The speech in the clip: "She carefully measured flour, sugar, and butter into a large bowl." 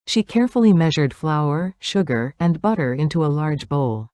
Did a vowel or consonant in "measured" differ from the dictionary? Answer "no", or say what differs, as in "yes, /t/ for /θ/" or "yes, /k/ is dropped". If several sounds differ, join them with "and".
no